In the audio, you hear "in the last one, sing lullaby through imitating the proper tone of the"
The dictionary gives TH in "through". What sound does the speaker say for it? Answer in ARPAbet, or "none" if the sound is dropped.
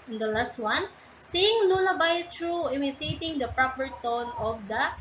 T